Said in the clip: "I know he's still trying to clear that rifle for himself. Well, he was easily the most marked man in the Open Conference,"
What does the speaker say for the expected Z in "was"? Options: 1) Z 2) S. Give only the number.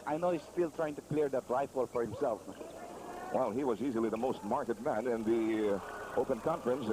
1